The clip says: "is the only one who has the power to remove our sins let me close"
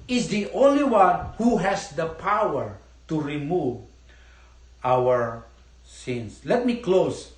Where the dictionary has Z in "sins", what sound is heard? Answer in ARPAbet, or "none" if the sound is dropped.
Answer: S